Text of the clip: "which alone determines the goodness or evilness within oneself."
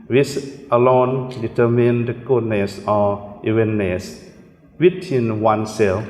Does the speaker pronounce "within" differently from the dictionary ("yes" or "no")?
yes